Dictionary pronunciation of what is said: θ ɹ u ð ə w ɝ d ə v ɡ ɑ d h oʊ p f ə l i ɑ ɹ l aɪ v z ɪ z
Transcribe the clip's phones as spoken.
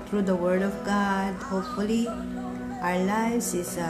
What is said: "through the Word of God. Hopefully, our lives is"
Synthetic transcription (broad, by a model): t ɹ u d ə w ɝ d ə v ɡ ɑ d h oʊ p f ə l i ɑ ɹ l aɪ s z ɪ